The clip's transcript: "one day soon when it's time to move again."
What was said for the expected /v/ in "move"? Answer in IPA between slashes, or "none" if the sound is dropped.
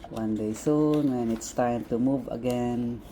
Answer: /v/